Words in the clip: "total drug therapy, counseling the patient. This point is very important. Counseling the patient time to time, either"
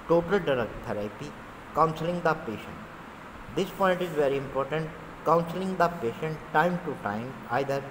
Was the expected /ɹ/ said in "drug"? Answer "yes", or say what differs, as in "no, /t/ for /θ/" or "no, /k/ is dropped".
no, /ɹ/ is dropped